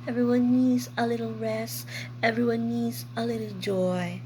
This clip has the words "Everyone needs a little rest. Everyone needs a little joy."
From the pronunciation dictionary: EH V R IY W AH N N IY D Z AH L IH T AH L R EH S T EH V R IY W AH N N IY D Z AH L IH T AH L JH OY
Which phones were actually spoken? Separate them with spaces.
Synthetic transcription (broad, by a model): EH V R IY W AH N N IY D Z AH L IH T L R EH S EH V R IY W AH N N IY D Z AH L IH T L JH OY